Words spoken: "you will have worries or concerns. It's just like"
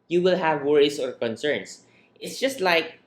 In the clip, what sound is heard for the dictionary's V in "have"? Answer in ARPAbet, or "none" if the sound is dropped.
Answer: V